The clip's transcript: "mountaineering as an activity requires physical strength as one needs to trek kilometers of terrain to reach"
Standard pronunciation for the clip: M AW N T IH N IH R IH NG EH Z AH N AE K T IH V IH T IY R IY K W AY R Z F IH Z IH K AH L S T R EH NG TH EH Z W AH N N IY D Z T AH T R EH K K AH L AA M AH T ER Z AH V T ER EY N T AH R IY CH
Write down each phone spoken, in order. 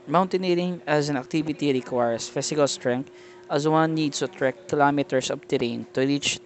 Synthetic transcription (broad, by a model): M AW N T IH N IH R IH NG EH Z AH N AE K T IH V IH T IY R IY K W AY R S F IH S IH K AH L S T R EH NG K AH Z W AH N N IY D S T AH T R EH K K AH L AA M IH T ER S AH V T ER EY N T AH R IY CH